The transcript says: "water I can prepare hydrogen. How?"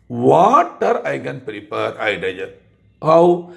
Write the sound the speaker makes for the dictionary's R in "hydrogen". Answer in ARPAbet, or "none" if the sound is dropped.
none